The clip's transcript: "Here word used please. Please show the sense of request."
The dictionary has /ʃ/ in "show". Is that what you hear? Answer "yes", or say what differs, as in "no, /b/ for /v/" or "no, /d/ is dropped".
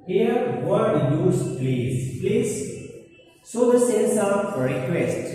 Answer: no, /s/ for /ʃ/